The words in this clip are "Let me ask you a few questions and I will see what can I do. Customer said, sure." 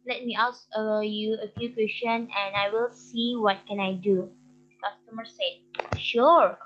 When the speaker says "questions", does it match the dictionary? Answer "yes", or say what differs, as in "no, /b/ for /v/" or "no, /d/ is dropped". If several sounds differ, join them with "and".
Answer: no, /z/ is dropped